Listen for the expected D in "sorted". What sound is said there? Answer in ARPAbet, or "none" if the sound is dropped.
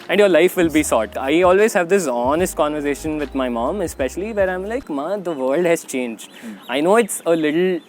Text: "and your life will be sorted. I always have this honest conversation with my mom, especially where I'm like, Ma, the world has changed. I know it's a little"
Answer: none